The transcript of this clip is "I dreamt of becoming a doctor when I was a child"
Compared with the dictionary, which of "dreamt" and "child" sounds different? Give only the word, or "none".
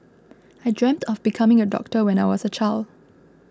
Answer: none